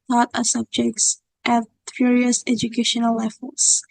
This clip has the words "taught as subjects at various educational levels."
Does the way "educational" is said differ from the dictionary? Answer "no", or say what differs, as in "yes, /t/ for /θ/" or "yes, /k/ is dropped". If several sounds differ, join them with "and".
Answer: no